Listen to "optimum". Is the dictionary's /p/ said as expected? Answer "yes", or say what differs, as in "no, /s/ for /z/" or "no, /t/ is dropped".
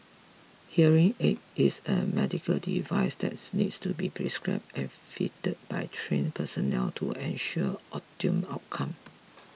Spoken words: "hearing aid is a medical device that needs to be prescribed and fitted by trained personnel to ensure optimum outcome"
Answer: no, /p/ is dropped